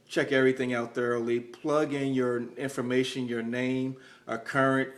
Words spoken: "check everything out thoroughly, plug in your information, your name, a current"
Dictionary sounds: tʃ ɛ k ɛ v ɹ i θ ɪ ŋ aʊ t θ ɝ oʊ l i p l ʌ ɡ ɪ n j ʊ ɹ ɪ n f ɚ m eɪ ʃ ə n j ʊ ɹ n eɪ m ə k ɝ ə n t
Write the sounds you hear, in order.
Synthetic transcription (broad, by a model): tʃ ɛ k ɛ v ɹ i θ ɪ ŋ aʊ t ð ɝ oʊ l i p l ʌ ɡ ɪ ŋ j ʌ ɹ ɪ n f ɚ m eɪ ʃ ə n j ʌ ɹ n eɪ m ə k ɝ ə n t